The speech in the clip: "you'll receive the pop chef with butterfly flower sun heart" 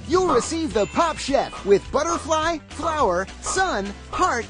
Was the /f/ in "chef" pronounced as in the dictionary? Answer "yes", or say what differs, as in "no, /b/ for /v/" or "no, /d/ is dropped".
no, /p/ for /f/